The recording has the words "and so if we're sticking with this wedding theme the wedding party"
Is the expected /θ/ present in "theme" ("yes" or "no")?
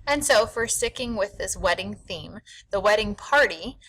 yes